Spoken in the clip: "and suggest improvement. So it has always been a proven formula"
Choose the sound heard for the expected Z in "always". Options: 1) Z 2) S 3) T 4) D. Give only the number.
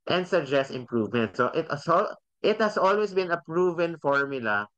2